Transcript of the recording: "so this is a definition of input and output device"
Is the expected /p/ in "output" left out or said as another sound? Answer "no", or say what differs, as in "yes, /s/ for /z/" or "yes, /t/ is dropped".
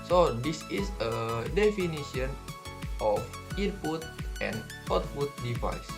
yes, /f/ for /p/